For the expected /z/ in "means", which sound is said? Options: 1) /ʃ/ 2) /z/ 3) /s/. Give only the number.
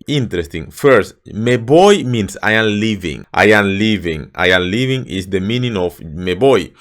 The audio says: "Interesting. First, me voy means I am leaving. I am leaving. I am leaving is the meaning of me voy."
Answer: 3